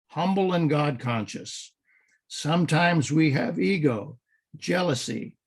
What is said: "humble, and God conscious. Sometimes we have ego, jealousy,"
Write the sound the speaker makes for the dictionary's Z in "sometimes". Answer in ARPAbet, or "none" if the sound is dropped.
Z